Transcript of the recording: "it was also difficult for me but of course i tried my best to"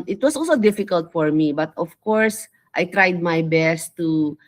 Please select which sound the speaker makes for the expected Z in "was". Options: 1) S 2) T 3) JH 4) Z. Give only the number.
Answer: 1